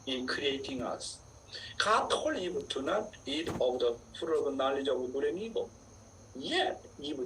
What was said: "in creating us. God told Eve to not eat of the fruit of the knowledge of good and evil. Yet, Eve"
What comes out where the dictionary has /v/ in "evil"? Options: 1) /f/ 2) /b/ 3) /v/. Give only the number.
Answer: 2